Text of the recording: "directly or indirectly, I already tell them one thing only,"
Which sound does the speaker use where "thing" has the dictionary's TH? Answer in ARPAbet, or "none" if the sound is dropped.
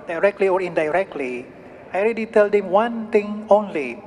T